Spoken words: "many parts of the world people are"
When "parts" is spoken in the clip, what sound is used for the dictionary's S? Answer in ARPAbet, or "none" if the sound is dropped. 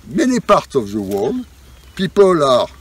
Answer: none